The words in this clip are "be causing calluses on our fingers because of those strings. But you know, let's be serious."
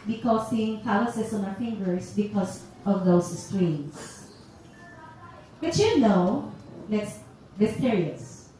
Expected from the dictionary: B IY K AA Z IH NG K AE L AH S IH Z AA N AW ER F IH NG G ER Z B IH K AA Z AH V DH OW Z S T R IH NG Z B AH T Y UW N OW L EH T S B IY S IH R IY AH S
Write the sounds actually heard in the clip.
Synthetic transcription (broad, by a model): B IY K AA S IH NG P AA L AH S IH S AA N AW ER F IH NG G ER S B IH K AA S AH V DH OW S S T R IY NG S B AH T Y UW N OW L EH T S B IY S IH R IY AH S